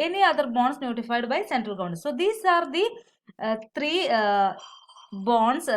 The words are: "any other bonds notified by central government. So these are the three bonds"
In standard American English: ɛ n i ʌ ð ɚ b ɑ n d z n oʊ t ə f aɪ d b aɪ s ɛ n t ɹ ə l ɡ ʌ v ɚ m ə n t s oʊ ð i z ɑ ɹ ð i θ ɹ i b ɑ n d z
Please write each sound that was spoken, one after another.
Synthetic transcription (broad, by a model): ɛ n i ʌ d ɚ b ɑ n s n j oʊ t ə f aɪ d b aɪ s ɛ n t ɹ ə l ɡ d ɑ ə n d s oʊ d i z ɑ ɹ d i t ɹ i b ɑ n d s